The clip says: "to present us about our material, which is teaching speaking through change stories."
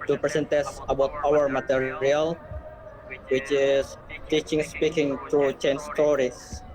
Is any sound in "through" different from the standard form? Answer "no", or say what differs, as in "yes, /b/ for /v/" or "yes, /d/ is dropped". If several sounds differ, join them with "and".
yes, /t/ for /θ/